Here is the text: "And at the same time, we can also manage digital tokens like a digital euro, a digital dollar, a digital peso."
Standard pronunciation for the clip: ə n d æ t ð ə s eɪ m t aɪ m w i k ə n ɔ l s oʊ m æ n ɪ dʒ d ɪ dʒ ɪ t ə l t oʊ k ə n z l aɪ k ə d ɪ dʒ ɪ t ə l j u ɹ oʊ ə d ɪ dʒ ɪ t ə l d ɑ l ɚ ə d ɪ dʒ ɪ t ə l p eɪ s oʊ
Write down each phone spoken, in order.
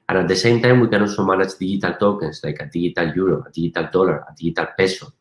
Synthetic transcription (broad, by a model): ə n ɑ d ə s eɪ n t aɪ m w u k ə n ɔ s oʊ m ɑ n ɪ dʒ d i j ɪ t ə l t oʊ k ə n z l aɪ k ə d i ʒ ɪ t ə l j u ɹ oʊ ə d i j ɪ t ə l d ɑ l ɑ ə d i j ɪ t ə l p eɪ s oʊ